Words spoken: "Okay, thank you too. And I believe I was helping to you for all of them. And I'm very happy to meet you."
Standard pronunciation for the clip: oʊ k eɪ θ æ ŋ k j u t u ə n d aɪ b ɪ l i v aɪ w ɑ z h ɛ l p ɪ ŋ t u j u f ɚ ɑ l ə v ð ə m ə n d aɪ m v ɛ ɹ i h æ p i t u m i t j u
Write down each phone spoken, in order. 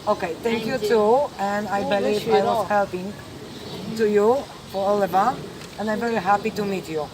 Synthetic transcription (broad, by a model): oʊ k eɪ t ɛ ŋ k j u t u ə n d aɪ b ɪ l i aɪ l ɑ s h ɛ l p ɪ ŋ t u j u f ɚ ɑ l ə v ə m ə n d aɪ m v ɛ ɹ i h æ p i t u m i t j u